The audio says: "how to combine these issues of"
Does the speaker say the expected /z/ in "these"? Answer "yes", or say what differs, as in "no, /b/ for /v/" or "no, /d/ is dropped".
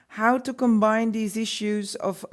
yes